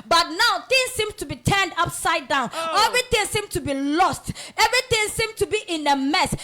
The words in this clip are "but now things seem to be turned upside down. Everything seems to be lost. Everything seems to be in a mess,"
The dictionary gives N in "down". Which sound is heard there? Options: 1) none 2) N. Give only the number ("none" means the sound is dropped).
2